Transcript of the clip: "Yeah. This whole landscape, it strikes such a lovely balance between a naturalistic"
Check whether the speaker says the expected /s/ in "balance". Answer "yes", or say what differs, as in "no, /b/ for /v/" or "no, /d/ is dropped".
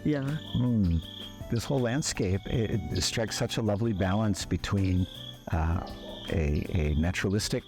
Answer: yes